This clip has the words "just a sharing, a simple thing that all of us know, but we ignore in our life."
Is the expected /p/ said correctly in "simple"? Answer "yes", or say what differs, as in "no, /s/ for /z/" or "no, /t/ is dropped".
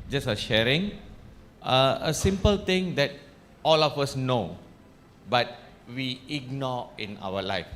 yes